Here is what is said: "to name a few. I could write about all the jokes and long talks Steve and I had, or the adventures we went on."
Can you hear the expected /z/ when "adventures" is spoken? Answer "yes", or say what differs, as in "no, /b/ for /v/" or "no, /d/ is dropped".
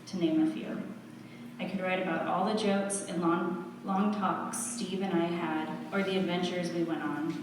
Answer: yes